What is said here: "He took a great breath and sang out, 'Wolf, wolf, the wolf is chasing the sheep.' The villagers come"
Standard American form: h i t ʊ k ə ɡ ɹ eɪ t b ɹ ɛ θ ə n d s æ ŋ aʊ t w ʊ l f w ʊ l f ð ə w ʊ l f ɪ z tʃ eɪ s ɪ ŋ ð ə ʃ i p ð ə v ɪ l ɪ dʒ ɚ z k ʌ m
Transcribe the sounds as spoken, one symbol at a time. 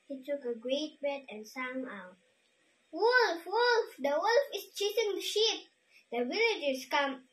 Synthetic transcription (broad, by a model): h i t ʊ k ə ɡ ɹ eɪ t b ɛ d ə n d s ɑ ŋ aʊ t w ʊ l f w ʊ l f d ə w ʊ l f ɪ s tʃ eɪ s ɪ ŋ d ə ʃ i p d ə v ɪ l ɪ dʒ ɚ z k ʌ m